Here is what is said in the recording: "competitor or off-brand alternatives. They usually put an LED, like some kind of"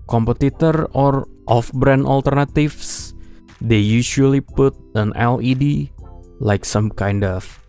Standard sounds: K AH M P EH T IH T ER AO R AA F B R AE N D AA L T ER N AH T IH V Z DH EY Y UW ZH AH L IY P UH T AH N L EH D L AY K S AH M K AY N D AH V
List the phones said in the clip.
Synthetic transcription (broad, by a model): K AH M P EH T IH T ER AO R AA F B R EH N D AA L T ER N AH T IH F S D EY Y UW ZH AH L IY P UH T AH N L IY D L AY K S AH M K AY N D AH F